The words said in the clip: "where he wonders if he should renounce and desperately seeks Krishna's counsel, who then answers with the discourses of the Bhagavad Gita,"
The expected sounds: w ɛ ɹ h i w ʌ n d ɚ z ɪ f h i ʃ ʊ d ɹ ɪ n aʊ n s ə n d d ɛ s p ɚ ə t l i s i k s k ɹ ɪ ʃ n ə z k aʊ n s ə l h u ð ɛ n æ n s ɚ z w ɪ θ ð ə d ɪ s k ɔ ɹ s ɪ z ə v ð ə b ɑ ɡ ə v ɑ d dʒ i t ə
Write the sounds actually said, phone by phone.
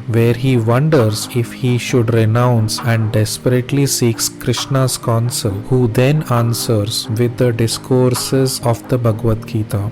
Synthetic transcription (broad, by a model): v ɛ ɹ h i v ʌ n d ɚ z ɪ f h i ʃ ʊ d ɹ ɪ n aʊ n s ə n d d ɛ s p ɚ ə t l i s i k s k ɹ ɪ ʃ n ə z k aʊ n s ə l h u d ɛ n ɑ n s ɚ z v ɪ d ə d ɪ s k ɔ ɹ s ɪ z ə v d ə b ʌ ɡ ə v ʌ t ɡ i t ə